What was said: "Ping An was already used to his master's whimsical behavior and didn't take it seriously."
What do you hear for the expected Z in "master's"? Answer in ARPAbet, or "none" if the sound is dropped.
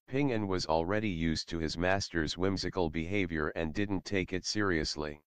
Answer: Z